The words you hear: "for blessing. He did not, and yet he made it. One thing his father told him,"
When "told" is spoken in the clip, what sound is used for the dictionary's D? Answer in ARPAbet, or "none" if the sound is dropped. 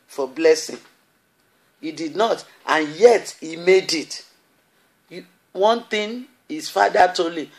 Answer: none